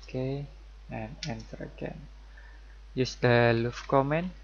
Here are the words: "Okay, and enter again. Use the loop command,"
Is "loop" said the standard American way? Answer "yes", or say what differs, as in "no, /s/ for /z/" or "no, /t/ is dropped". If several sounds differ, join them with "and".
no, /f/ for /p/